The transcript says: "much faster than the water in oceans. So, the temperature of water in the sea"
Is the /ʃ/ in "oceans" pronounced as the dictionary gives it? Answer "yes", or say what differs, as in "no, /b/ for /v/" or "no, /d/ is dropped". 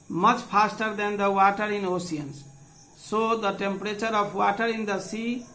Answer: no, /s/ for /ʃ/